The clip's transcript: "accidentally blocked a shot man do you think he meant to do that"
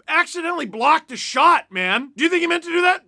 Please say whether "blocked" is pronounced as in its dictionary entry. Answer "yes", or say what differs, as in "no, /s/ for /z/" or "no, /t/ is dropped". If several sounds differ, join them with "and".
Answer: yes